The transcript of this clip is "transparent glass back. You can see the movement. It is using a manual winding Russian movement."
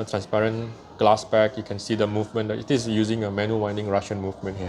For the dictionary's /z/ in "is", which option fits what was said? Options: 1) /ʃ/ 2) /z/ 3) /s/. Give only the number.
3